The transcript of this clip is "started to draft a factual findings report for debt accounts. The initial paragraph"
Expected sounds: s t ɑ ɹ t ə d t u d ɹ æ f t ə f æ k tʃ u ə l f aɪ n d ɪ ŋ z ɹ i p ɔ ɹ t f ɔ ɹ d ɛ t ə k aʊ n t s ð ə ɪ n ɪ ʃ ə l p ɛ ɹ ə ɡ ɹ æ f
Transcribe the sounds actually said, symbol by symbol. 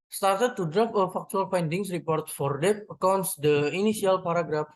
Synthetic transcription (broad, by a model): s t ɑ ɹ t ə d t u d ɹ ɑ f ə f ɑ k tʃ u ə l f aɪ n d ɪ ŋ s ɹ i p ɔ ɹ t f ɔ ɹ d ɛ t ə k aʊ n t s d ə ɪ n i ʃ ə l p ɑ ɹ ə ɡ ɹ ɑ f